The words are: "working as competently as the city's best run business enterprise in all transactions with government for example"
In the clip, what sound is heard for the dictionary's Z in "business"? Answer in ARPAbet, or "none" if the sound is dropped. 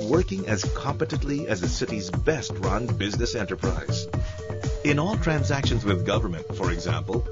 Z